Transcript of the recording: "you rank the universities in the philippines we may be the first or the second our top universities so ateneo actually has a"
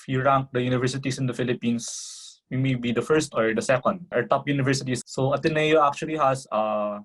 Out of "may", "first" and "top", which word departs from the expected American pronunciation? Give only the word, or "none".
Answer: none